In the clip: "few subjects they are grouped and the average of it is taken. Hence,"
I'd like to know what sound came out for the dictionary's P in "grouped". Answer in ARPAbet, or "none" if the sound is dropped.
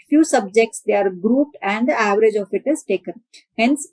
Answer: P